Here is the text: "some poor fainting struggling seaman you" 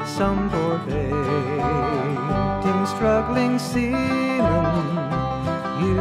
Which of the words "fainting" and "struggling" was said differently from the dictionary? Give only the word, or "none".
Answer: fainting